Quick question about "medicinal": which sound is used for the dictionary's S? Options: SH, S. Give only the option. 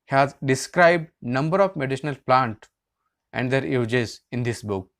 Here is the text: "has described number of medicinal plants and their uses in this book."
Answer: SH